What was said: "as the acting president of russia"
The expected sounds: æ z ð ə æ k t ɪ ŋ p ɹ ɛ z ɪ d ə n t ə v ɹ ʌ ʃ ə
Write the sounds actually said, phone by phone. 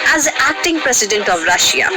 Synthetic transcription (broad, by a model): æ z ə æ k t ɪ ŋ p ɹ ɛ s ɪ d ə n t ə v ɹ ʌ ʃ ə